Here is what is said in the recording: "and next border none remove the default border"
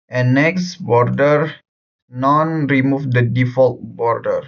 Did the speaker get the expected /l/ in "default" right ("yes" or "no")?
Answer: yes